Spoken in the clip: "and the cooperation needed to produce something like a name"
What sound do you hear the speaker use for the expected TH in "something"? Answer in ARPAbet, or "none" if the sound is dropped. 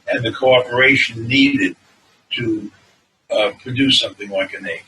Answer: TH